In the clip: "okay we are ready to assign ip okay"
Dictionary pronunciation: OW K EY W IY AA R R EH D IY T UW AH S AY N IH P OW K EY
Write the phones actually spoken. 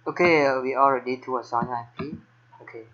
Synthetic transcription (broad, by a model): OW K EY W IY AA L R EH D IY T UW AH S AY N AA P OW K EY